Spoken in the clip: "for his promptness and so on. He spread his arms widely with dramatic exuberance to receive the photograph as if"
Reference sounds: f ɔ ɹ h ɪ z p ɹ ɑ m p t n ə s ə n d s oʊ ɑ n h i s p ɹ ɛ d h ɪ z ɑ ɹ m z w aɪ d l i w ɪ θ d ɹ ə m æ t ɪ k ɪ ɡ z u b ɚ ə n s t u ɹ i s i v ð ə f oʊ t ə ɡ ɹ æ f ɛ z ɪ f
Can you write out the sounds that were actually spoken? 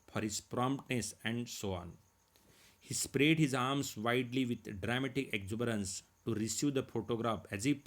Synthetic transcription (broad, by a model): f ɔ ɹ h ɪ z p ɹ ɑ m p t n ə s ə n d s oʊ ɑ n h i s p ɹ ɛ d h ɪ z ɑ ɹ m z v aɪ d l i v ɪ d d ɹ ə m æ t ɪ k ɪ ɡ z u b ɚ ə n s t u ɹ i s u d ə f oʊ t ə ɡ ɹ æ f ɛ z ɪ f